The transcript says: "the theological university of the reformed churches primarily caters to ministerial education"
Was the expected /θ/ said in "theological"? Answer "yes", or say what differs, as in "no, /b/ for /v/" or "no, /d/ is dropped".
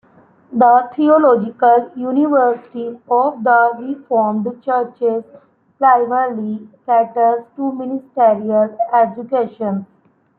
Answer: no, /t/ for /θ/